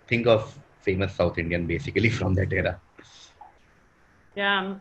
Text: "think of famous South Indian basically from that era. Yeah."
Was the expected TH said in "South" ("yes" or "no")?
no